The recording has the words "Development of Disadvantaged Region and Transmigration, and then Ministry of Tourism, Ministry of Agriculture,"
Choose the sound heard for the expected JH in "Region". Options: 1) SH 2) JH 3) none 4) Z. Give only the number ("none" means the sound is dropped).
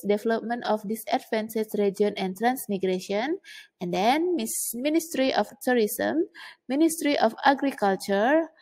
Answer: 3